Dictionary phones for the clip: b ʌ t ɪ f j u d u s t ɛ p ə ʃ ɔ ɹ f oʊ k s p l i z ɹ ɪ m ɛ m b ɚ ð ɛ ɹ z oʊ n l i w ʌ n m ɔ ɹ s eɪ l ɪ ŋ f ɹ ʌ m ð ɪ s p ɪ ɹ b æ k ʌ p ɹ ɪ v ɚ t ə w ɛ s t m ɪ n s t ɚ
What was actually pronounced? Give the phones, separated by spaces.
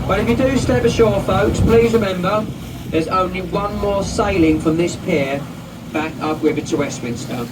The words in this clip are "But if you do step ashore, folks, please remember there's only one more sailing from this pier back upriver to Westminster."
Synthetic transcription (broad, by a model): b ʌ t ɪ f j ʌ d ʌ s t ɛ p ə ʃ ɔ f oʊ k s p l i z ɹ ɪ m ɛ m b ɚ ð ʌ z oʊ n l i w ʌ n m ɔ s eɪ l ɪ ŋ f ɹ ʌ m ð ɪ s p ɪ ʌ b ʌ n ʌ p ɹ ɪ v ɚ t ə w ɛ s t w ɪ n s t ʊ